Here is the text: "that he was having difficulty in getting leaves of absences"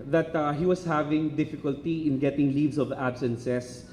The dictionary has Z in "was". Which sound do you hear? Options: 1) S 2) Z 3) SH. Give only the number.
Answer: 1